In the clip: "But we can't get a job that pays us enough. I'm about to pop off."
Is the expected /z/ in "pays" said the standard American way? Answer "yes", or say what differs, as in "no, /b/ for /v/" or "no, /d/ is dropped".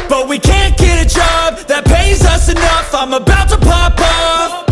yes